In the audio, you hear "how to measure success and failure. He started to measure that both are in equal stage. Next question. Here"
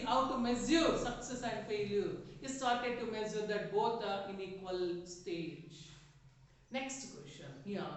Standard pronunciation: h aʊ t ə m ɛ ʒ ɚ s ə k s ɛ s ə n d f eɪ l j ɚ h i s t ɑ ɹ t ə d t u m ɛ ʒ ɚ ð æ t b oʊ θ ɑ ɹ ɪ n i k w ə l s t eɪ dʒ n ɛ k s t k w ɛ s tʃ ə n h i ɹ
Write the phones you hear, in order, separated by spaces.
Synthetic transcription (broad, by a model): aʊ t ə m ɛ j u s ə k s ɛ s ə n d f eɪ l j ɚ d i s t ɑ ɹ t ə d t u m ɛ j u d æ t b oʊ t ɑ ɹ ɪ n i k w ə l s t eɪ dʒ n ɛ k s t k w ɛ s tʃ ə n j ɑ